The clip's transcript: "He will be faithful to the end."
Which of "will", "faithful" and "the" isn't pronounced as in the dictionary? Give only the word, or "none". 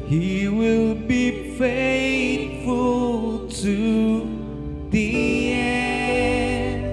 faithful